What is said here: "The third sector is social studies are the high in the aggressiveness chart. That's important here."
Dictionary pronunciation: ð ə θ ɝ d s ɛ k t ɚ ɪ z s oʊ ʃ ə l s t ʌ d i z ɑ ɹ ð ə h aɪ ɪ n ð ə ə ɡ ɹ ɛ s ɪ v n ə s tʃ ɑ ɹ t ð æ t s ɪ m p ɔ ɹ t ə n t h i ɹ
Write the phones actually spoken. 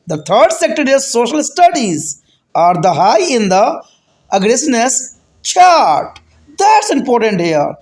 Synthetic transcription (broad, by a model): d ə t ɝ d s ɛ k t ɚ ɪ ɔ s oʊ ʃ ə l s t ʌ d i z ɑ ɹ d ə h aɪ ɪ n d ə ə ɡ ɹ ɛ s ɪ n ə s tʃ ɑ ɹ t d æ t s ɪ m p ɔ ɹ t ə n t h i ɹ